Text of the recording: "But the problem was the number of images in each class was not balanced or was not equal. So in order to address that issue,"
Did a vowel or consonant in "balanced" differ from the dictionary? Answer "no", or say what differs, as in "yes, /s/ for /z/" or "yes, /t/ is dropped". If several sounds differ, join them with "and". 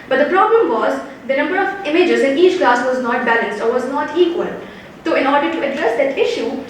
no